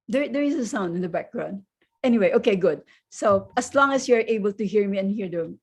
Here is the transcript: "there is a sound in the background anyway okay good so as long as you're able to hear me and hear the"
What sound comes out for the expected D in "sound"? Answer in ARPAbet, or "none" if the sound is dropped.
D